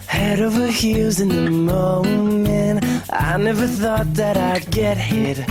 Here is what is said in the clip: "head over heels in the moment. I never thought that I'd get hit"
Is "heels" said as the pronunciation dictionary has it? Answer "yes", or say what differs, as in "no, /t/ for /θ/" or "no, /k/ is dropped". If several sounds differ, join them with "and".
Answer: no, /l/ is dropped